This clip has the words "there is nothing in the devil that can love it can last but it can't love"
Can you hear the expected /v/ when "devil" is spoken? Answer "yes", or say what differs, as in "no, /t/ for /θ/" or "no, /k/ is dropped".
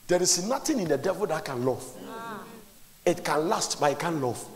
yes